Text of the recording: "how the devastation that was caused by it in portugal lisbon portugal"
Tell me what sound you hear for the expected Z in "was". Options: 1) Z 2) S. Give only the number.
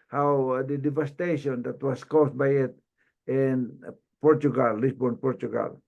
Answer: 2